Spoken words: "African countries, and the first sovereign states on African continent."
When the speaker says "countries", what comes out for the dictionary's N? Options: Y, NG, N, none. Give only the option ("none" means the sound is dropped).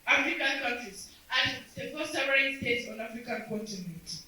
none